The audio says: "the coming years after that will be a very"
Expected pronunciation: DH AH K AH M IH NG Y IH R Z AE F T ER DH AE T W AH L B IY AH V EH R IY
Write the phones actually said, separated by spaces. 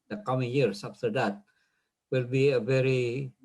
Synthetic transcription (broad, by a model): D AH K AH M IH NG Y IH R S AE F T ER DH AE T W AH L B IY AH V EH R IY